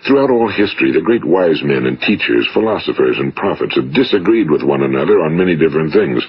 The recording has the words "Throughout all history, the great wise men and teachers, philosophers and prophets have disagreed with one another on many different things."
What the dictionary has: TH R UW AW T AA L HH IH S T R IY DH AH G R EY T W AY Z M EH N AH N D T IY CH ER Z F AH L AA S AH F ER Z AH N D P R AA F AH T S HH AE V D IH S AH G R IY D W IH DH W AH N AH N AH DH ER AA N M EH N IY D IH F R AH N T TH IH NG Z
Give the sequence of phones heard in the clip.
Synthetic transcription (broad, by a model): TH R UW AW T AA L HH IH S T R IY DH AH G R EY T W AY Z M EH N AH N T IY CH ER Z F AH L AA S AH F ER Z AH N P R AA F AH T S HH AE V D IH S AH G R IY D W IH DH W AH N AH N AH DH ER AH N M EH N IY D IH F R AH N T TH IH NG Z